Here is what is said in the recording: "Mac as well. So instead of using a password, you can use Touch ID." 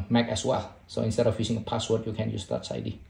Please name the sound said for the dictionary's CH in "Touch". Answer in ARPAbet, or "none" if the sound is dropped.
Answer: S